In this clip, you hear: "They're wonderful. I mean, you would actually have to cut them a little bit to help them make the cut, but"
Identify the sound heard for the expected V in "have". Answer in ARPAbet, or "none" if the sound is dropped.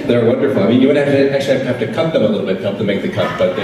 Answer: F